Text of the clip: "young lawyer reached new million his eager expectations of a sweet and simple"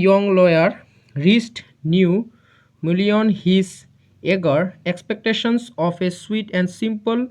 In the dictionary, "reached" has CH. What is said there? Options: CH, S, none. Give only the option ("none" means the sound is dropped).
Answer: S